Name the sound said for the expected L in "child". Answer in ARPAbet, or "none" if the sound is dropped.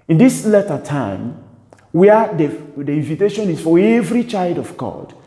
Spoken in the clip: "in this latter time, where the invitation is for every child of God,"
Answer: L